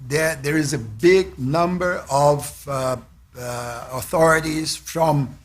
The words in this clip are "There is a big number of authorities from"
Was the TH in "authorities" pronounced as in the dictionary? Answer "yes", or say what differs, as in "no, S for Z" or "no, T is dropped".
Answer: yes